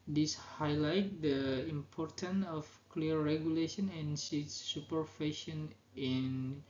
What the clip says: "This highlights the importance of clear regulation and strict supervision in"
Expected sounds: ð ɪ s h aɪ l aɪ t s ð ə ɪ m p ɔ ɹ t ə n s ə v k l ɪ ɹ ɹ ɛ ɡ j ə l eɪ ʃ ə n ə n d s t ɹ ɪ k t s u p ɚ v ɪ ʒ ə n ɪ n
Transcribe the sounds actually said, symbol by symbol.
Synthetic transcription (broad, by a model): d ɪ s h aɪ l aɪ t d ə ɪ m p ɔ ɹ t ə n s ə f k l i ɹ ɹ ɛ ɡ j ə l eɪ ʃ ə n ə n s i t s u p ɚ f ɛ ʃ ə n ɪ n